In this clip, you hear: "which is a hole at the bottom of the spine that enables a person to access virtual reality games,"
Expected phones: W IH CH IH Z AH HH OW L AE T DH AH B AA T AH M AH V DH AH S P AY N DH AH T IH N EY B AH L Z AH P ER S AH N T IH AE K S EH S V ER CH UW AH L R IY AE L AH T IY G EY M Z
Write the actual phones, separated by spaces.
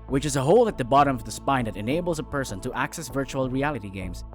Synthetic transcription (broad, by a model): W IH CH IH Z AH HH OW L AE T DH AH B AA T AH M AH V DH AH S P AY N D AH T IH N EY B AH L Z AH P ER S AH N T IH AE K S EH S V ER CH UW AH L R IY AE L AH T IY G EY M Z